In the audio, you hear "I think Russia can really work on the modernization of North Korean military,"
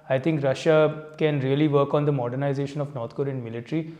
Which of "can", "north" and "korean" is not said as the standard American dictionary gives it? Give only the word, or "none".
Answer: north